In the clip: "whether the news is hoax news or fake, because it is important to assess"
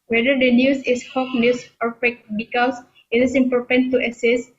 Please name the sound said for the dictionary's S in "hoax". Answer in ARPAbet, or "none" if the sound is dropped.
none